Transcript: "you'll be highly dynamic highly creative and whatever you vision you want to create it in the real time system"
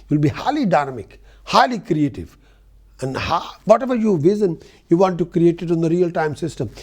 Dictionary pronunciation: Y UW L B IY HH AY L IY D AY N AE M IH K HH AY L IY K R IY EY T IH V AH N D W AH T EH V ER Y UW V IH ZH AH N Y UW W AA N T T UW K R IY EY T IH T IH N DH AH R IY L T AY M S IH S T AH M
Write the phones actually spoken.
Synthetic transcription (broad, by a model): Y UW L B IY HH AY L IY D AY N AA M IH K HH AY L IY K R IY EY T IH V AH N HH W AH T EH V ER Y UW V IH Z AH N Y UW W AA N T T UW K R IY EY T IH T IH N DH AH R IY L T AY M S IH S T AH M